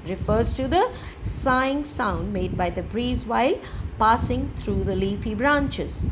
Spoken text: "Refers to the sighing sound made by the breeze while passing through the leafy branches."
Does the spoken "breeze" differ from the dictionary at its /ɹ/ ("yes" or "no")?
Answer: no